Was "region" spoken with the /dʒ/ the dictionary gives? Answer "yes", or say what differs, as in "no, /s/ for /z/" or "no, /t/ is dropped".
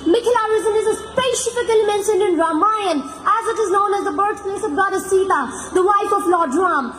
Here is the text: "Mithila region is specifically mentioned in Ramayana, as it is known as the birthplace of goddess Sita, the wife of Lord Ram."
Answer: no, /z/ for /dʒ/